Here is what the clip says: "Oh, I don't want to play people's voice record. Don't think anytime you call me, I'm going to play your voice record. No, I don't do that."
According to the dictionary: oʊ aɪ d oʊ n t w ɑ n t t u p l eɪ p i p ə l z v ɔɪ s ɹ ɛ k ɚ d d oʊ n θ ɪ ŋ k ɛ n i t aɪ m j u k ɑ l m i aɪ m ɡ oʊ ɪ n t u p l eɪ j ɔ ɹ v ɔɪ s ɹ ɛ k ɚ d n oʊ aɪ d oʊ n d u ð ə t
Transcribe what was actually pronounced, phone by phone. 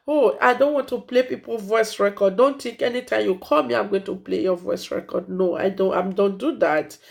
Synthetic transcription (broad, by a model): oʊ aɪ d oʊ n t w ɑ n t t u p l eɪ p i p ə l v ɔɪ s ɹ ɛ k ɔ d d oʊ n t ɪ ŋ k ɛ n i t aɪ m j u k ɑ l m i aɪ m ɡ oʊ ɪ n t u p l eɪ j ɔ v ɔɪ s ɹ ɛ k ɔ d n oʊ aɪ d oʊ n d u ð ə t